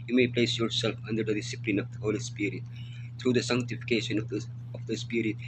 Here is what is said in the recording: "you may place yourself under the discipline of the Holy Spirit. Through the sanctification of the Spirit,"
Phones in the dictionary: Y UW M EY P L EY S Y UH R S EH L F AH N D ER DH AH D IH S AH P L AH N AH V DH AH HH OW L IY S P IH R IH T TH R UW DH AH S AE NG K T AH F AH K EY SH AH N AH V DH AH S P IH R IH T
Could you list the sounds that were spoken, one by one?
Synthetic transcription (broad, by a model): Y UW M EY P L EY S Y UH R S EH L F AH N D ER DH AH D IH S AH P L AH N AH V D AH HH OW L IY S P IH R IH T T R UW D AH S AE NG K T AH F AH K EY SH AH N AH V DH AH S P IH R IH T